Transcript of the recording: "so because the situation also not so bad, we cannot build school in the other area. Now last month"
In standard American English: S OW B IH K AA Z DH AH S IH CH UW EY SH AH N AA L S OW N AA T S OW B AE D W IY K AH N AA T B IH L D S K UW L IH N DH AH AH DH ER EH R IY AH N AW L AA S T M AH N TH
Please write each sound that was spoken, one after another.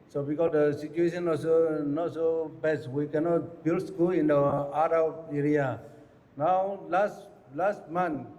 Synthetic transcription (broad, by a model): S OW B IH K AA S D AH S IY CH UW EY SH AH N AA S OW N AA T S OW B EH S W IY K AH N AA T B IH L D S K UW L IH N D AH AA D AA EH R IY AH N AW L AA S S M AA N